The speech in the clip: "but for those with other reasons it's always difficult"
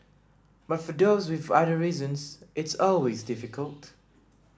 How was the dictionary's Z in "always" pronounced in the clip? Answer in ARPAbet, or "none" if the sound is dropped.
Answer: Z